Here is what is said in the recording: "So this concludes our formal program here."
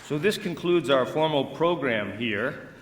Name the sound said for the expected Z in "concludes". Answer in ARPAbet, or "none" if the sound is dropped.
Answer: Z